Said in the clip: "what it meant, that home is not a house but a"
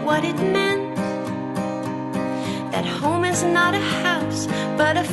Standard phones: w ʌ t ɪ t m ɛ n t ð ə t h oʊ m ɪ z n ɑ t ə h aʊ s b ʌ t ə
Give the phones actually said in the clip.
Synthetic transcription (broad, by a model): w ʌ t ɪ t m ɛ n t ð ə t h oʊ m ɪ z n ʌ t ə h aʊ s b ʌ t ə